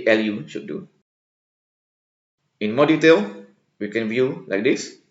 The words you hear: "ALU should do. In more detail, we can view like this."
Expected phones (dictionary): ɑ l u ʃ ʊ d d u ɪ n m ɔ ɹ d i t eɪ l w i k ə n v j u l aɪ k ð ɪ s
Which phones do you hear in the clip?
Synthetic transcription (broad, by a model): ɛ l u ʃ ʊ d d u ɪ n m ɔ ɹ d i t eɪ l w i k ə n v j u l aɪ k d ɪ s